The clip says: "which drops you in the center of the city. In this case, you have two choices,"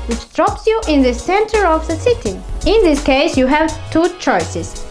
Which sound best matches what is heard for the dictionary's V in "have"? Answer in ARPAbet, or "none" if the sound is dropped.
V